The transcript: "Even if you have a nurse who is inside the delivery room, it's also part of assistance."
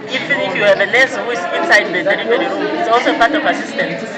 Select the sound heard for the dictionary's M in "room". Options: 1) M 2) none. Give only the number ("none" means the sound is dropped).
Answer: 2